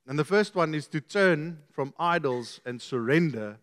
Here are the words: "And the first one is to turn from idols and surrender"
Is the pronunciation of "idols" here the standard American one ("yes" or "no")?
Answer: yes